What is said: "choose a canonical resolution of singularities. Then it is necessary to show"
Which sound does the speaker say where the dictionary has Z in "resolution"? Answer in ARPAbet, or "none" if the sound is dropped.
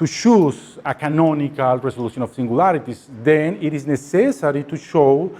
S